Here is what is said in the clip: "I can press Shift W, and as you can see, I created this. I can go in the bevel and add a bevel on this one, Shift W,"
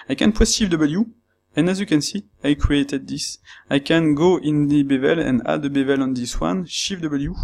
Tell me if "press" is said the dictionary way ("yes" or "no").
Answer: no